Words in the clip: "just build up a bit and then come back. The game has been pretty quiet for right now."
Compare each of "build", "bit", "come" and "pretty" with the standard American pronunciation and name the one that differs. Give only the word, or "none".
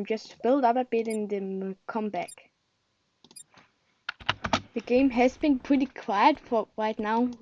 none